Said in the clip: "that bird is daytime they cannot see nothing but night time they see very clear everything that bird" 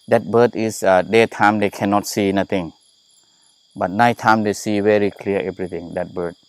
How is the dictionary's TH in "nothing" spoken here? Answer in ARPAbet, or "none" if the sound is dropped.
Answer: T